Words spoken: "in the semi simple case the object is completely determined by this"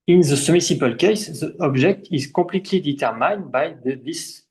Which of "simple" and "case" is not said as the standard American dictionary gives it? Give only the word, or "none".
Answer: simple